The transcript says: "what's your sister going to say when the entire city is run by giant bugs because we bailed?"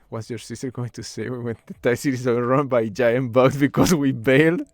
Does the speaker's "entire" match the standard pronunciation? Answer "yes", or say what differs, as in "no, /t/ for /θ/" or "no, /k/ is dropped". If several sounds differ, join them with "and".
no, /n/ is dropped